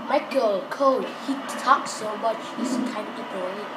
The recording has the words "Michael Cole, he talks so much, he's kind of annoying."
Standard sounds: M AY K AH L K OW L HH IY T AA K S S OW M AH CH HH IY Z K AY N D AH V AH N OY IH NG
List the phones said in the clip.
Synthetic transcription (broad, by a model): M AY K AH L K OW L HH IY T AA K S S OW M AH CH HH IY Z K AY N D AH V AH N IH